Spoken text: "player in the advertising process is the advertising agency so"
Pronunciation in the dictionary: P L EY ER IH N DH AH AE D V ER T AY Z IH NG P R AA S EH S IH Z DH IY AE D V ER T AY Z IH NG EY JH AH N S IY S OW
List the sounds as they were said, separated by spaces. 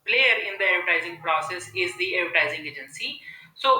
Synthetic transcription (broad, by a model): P L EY ER IH N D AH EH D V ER T AY Z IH NG P R AA S EH S IH Z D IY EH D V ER T AY Z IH NG EY JH AH N S IY S OW